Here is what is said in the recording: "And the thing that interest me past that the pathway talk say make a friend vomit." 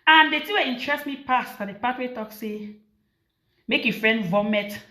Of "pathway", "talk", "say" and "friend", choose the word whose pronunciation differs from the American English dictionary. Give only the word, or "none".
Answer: pathway